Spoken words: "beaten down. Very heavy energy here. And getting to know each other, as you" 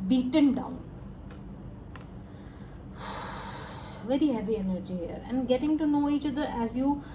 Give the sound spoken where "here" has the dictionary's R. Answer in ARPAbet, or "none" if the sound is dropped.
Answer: R